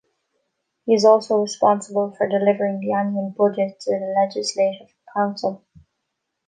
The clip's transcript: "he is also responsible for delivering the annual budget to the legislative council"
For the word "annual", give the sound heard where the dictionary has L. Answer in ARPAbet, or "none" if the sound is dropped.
N